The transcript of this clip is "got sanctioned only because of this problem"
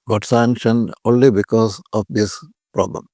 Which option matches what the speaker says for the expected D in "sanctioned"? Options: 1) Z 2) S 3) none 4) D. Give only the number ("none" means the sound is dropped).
3